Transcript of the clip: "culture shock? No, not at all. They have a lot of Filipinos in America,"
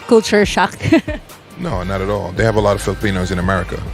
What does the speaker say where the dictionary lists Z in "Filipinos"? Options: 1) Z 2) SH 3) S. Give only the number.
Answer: 1